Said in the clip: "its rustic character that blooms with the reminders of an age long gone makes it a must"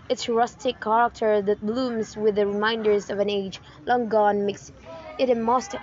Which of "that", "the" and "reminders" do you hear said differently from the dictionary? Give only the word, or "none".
none